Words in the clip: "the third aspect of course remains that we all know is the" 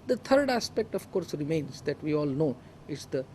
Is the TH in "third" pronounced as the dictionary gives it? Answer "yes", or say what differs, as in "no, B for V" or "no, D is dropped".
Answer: no, T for TH